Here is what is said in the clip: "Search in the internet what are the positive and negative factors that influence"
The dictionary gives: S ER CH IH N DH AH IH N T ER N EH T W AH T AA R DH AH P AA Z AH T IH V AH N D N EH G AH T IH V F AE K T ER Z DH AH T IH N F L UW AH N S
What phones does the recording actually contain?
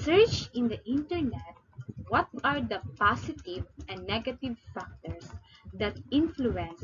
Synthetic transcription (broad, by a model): S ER CH IH N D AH IH N T ER N EH T W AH T AA R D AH P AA S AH T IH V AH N N EH G AH T IH V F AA K T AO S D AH T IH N F L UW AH N S